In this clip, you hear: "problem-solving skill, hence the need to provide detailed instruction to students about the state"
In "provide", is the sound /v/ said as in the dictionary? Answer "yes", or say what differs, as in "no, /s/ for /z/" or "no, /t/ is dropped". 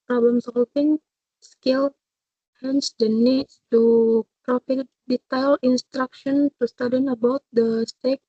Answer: no, /f/ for /v/